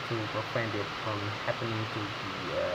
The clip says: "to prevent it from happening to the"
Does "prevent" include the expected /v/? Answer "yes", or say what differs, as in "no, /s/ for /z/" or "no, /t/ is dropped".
no, /w/ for /v/